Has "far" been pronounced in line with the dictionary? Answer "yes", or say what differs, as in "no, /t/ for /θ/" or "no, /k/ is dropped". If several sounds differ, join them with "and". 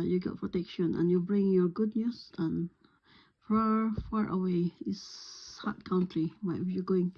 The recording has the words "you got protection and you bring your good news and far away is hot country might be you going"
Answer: yes